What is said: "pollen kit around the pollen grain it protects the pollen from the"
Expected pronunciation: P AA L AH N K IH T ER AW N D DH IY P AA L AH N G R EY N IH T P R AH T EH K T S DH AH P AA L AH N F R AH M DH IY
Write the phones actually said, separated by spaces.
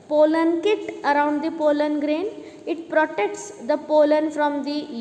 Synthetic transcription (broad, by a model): P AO L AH N K IH T ER AW N D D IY P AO L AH N G R EY N IH T P R AH T EH K T S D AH P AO L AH N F R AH M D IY